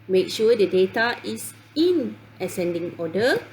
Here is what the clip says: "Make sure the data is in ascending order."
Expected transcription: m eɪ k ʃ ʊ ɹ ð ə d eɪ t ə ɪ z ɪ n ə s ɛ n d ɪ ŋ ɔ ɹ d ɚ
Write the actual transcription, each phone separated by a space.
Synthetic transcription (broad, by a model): m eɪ k ʃ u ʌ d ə d eɪ t ə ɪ s ɪ n ə s ɛ n d ɪ ŋ ɔ d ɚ